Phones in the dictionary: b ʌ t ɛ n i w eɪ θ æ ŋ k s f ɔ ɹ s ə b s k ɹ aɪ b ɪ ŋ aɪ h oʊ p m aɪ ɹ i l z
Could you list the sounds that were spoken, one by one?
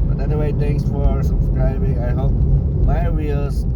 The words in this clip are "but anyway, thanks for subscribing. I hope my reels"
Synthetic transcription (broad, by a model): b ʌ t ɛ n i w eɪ t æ ŋ k s f ɔ ɹ s ə b s k ɹ aɪ b ɪ ŋ aɪ h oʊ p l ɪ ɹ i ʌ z